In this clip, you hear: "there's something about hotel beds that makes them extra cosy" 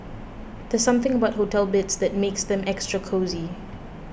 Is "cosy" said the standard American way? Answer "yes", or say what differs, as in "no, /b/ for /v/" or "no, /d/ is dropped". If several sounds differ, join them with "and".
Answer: yes